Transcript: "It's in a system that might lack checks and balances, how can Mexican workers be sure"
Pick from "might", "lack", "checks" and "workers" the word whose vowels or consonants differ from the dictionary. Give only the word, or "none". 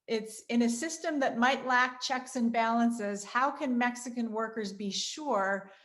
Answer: none